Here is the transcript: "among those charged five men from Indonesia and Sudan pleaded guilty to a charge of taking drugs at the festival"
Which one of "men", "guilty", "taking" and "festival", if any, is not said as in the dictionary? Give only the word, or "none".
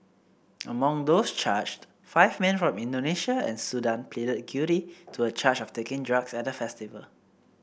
guilty